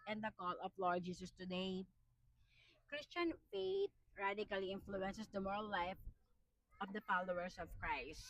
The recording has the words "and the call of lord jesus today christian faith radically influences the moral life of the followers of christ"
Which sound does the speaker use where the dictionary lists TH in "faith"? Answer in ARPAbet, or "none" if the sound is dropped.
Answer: T